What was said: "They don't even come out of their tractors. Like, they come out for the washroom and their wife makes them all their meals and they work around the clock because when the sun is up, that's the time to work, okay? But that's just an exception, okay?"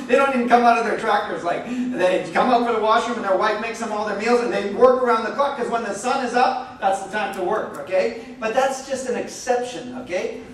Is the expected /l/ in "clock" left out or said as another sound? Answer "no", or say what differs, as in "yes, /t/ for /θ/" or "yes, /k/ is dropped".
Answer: yes, /l/ is dropped